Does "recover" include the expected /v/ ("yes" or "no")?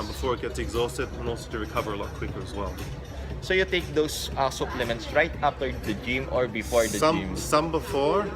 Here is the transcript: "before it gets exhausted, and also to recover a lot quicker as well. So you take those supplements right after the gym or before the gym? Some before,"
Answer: yes